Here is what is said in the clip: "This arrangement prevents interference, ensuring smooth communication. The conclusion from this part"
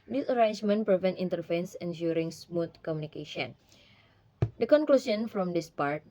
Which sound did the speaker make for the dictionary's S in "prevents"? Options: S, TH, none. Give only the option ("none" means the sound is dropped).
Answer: none